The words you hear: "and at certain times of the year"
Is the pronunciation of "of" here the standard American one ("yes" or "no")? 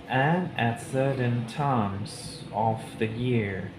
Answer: no